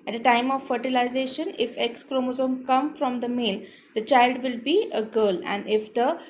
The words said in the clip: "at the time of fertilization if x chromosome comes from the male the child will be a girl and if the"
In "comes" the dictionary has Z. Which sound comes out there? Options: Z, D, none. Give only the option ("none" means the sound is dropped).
none